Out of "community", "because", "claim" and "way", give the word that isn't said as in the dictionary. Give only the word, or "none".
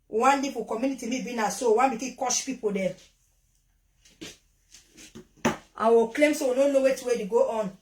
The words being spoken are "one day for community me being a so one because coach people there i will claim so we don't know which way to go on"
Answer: because